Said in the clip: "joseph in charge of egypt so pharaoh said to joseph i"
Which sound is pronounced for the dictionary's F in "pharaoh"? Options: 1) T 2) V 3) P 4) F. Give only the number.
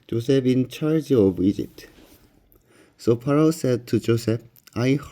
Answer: 3